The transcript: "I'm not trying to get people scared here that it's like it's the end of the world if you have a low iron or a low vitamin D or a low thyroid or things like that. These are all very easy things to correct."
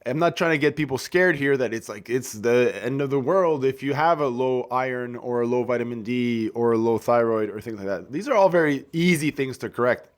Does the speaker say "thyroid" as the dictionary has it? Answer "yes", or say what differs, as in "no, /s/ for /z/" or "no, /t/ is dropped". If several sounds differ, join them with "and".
yes